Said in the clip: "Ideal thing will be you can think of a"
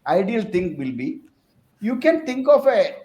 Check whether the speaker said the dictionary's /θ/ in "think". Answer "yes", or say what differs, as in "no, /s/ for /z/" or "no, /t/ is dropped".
no, /t/ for /θ/